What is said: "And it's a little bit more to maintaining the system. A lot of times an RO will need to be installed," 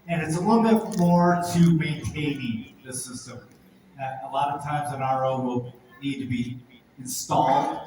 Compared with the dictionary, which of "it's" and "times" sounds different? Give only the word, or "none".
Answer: none